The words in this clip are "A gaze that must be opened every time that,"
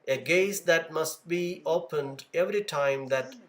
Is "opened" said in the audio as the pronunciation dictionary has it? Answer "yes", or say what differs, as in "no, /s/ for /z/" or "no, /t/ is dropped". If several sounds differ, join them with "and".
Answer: yes